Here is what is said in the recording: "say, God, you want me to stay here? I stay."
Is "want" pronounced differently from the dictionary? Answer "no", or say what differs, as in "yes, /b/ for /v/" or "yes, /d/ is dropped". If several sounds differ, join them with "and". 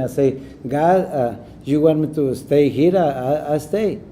yes, /n/ is dropped